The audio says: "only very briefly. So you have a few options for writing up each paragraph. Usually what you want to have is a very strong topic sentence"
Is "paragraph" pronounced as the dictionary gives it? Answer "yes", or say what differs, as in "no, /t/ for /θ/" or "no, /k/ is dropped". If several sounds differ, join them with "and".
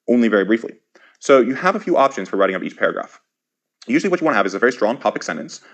yes